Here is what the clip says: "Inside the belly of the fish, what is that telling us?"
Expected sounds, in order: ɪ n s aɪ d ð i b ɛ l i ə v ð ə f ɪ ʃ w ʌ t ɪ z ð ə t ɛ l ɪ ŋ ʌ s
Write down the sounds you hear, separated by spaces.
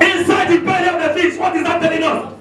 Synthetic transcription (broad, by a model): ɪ n s aɪ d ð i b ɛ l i ə v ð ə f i s w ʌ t ɪ z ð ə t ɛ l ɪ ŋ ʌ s